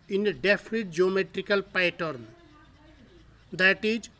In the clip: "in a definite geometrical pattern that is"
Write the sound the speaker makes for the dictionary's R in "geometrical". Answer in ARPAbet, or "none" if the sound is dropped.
R